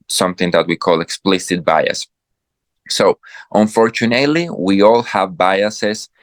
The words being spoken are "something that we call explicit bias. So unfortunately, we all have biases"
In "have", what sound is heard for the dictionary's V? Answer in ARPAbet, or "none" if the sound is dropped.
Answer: V